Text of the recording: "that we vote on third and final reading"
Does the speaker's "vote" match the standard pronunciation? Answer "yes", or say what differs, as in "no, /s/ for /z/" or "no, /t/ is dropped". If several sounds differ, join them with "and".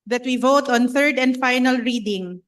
yes